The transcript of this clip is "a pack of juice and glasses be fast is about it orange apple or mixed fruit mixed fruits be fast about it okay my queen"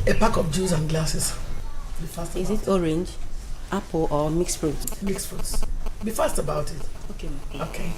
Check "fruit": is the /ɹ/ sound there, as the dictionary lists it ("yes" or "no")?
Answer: yes